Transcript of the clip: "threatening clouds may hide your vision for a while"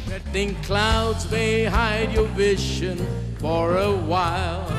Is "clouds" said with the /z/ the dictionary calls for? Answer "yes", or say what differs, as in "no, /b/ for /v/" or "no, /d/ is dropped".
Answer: yes